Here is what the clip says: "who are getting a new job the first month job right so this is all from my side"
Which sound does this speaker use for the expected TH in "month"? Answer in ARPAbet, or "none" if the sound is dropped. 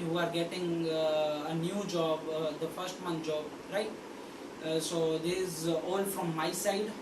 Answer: T